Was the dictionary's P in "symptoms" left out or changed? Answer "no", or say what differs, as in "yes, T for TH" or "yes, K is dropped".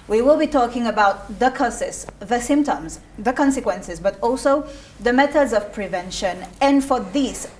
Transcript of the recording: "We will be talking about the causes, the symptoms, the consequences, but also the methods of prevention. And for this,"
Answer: no